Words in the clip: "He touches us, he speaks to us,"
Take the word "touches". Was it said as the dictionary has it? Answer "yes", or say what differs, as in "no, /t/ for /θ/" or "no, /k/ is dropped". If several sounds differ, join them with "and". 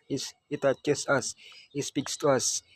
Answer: no, /s/ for /z/